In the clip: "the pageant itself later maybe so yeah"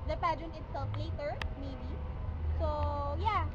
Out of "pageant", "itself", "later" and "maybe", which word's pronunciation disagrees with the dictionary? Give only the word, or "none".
pageant